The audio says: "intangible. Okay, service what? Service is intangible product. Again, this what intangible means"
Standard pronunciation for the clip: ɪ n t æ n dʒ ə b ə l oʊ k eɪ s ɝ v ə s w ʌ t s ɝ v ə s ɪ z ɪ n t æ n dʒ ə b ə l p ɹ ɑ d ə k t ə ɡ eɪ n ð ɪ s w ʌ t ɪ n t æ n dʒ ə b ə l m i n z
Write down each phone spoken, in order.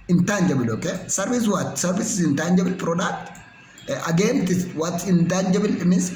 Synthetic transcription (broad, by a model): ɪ n t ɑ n dʒ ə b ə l oʊ k eɪ s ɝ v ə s w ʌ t s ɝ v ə s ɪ s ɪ n t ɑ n dʒ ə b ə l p ɹ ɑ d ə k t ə ɡ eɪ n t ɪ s w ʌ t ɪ n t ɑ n dʒ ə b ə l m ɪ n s